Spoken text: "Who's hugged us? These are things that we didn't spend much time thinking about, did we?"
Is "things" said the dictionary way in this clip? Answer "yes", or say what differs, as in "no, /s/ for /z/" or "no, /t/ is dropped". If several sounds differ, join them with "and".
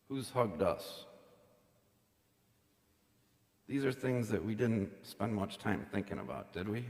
yes